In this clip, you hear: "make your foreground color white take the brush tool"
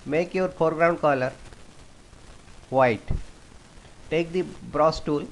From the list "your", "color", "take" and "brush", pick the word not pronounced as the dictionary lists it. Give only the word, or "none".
brush